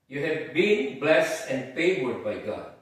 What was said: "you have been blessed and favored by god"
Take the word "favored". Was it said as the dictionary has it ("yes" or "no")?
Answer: no